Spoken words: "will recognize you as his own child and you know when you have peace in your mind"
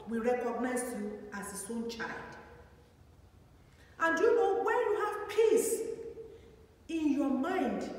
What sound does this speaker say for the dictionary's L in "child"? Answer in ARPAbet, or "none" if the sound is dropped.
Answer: L